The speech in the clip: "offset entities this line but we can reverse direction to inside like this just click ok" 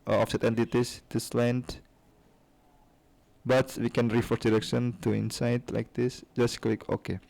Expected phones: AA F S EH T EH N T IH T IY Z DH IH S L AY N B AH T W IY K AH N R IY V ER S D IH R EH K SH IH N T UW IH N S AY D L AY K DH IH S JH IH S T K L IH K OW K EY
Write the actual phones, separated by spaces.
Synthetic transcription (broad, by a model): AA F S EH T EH N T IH T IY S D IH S L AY N B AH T W IY K AH N R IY F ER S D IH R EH K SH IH N T UW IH N S AY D L AY K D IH S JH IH S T K L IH K OW K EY